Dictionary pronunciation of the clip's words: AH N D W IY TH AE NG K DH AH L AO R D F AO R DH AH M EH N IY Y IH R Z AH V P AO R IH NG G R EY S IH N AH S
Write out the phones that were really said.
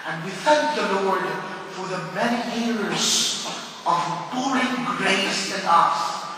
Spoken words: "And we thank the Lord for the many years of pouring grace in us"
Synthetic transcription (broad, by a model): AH N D W IY TH AE NG K DH AH L AO R D F AO R DH AH M EH N IY Y IH R Z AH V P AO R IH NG G R EY S IH N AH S